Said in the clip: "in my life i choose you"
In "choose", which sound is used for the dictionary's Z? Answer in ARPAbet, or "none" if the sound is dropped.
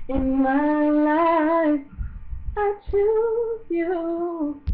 none